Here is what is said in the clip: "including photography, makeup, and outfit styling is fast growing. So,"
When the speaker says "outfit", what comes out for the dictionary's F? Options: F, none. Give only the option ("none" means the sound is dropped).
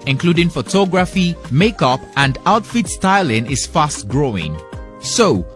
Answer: F